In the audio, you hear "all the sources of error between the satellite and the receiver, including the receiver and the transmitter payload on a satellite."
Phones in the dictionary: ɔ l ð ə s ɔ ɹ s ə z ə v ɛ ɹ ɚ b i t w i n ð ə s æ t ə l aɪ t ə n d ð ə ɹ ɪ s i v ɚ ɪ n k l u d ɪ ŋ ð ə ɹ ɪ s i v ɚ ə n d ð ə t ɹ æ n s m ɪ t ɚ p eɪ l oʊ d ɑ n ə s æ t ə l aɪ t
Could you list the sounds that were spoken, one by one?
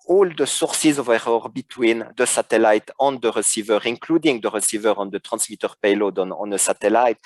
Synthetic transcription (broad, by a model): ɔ l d ə s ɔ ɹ s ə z ə v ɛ ɹ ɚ b i t w i n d ə s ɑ t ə l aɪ t ə n d ə ɹ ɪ s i v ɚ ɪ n k l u d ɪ ŋ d ə ɹ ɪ s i v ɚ ə n d ə t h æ s m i t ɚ p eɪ l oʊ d ɑ n ə s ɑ t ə l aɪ t